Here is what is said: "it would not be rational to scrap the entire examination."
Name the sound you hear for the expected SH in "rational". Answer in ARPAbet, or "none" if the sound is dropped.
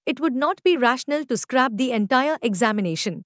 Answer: SH